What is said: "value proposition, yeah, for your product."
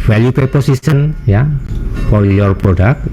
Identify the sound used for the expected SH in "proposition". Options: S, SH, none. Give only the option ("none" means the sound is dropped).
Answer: S